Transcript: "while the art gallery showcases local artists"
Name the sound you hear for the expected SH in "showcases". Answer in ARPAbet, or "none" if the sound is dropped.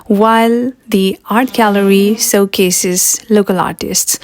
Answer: S